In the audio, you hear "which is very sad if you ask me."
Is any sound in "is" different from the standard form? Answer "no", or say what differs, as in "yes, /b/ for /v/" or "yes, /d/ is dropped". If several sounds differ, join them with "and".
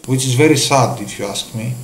no